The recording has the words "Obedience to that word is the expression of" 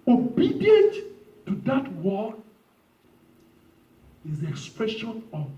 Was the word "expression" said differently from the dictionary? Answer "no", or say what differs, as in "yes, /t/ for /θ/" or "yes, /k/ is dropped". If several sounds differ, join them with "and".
no